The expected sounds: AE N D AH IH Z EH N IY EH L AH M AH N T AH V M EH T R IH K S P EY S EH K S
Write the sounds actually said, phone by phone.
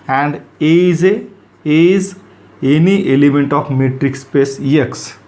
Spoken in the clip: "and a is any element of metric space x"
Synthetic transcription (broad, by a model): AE N D AH IH Z EH N IY EH L AH M AH N T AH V M EH T R IH K S P EY S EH K S